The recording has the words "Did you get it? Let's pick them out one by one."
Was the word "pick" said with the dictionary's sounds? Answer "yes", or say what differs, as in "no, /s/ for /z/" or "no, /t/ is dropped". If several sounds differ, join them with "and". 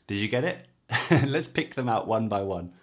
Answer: yes